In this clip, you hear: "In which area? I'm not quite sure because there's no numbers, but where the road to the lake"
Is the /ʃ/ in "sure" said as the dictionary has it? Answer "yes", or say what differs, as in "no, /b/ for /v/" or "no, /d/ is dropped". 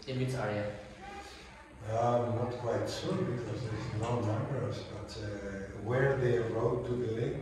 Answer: no, /s/ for /ʃ/